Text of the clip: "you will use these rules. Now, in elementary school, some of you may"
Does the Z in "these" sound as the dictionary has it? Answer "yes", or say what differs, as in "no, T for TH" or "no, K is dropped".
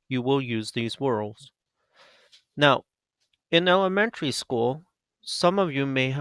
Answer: yes